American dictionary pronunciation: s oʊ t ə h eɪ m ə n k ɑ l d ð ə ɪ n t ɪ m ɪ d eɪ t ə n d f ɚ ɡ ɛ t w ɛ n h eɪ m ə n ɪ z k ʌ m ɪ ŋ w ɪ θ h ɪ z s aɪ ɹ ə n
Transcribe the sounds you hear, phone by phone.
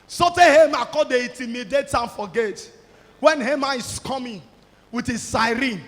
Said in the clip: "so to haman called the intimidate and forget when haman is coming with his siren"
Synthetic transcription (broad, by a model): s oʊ t ə h eɪ m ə k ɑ d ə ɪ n t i m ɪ d eɪ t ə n f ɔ ɡ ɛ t w ɛ n h eɪ m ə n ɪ s k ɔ m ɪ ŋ w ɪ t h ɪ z s aɪ ɹ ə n